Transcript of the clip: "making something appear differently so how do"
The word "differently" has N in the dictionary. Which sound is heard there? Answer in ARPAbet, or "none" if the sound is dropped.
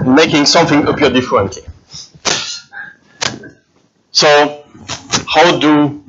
N